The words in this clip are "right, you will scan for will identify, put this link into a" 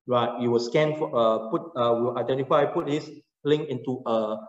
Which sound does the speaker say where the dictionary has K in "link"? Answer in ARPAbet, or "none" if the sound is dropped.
none